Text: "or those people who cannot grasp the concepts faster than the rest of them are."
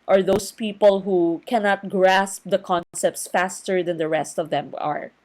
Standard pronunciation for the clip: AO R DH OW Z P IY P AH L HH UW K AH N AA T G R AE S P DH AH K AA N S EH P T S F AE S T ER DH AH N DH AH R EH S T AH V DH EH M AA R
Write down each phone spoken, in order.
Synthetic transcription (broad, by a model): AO R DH OW S P IY P AH L HH UW K AH N AA T G R AE S P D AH K AA N S EH P T S F AE S T ER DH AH N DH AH R EH S T AH V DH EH M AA R